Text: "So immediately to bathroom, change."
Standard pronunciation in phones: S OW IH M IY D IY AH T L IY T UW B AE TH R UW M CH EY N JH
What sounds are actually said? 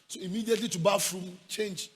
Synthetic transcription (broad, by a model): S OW IH M IY D IY AH T L IY T UW B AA F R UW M CH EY N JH